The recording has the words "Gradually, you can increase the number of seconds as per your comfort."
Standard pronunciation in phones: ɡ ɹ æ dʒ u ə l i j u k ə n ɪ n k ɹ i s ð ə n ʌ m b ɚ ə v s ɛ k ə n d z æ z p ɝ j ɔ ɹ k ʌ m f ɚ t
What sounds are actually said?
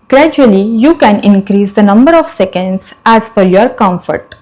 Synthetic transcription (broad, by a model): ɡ ɹ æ dʒ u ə l i j u k ə n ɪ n k ɹ i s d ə n ʌ m b ɚ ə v s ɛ k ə n d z æ z f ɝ j ɔ ɹ k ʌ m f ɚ t